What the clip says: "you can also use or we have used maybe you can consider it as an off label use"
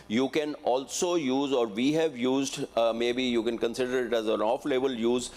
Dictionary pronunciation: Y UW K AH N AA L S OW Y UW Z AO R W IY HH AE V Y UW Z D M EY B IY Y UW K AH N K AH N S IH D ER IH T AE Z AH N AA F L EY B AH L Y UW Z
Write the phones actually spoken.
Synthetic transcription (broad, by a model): Y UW K AH N AA L S OW Y UW Z AO R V IY HH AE V Y UW Z D M EY B IY Y UW K AH N K AH N S IH D ER IH T AE Z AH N AA F L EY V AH L Y UW Z